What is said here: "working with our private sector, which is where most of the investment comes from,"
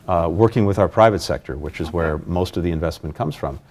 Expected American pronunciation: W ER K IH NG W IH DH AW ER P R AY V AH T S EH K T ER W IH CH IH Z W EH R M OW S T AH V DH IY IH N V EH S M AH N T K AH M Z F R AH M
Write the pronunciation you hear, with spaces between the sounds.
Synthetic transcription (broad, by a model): W ER K IH NG W IH DH AW ER P R AY V AH T S EH K T ER W IH CH IH Z W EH R M OW S T AH V DH IY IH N V EH S M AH N K AH M Z F R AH M